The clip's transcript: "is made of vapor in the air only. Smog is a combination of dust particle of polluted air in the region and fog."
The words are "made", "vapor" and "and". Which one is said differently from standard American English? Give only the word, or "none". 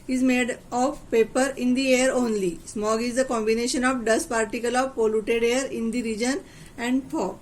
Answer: vapor